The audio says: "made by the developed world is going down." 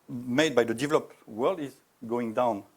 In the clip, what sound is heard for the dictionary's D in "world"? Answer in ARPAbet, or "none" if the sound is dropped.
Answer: D